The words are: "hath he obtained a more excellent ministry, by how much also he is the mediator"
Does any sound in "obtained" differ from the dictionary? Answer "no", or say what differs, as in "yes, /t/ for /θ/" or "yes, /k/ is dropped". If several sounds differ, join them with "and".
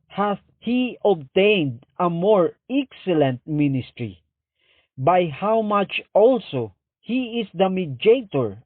no